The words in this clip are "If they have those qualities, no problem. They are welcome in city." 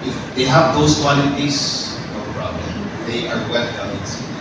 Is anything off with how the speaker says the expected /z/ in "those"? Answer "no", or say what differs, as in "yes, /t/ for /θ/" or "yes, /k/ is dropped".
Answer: yes, /s/ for /z/